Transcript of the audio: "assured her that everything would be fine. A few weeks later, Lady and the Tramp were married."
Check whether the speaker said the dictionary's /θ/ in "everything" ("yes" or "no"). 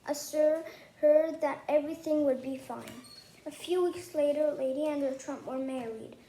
yes